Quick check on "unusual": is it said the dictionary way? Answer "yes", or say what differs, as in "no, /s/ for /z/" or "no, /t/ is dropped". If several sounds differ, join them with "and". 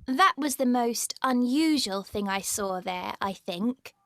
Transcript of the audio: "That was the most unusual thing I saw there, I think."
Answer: yes